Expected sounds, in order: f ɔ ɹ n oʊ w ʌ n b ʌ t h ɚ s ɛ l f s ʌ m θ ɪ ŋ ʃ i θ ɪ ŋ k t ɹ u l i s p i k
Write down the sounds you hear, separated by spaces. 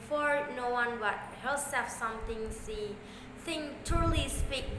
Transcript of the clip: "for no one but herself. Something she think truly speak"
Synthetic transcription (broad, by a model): f ɔ ɹ n oʊ w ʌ n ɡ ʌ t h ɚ s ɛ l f s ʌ m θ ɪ ŋ s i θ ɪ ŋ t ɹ l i s p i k